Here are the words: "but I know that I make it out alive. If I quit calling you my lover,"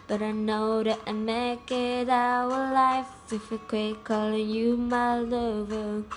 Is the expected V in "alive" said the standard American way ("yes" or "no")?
no